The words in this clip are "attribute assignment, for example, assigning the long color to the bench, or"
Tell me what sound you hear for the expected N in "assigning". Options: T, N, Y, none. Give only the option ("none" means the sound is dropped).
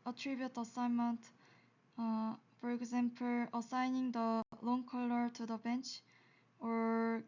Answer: N